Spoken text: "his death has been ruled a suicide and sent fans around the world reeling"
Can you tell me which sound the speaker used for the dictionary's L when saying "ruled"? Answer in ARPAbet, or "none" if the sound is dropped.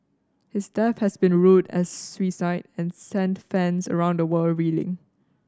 none